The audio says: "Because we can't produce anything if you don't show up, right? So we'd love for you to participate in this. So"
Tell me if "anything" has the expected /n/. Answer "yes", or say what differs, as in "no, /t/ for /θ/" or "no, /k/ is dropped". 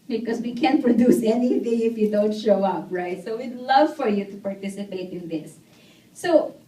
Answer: yes